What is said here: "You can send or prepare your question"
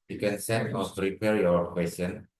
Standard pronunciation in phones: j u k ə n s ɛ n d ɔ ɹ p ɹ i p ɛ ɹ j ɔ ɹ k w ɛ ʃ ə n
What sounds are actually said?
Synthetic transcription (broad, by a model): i k ə n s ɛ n ɔ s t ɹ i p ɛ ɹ j ɔ ɹ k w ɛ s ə n